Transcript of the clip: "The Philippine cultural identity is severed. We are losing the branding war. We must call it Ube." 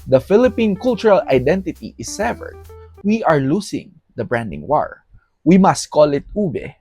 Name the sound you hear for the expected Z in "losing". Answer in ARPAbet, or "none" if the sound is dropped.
S